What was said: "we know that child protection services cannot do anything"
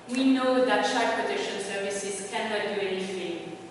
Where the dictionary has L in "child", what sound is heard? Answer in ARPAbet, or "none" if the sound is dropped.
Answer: none